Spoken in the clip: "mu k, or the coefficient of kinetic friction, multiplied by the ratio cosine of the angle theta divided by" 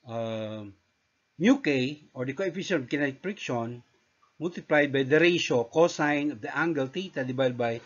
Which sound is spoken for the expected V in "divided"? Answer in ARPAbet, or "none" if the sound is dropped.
B